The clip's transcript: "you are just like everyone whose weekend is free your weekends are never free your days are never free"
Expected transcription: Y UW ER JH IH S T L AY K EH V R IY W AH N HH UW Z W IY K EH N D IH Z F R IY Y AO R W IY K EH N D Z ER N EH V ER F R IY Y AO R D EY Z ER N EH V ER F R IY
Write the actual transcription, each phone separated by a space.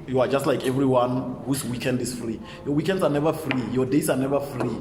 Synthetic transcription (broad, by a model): Y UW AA JH IH S T L AY K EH V R IY W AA N HH UW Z W IY K EH N D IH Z F R IY Y AO W IY K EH N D S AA N EH V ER F R IY Y AO D EY S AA N EH V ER F R IY